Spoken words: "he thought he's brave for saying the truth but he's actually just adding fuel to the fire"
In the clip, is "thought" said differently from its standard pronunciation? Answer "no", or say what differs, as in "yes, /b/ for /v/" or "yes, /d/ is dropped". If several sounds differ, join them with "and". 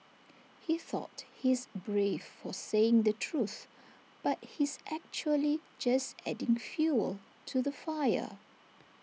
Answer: no